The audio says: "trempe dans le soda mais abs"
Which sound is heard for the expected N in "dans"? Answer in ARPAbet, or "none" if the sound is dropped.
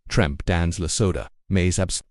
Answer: N